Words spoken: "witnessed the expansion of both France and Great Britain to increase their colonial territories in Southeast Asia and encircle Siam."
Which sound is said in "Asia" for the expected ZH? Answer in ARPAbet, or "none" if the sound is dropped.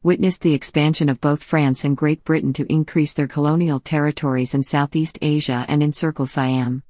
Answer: ZH